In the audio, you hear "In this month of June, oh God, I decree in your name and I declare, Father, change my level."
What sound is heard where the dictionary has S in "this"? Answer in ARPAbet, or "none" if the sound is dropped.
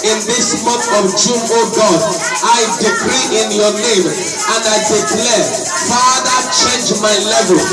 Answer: S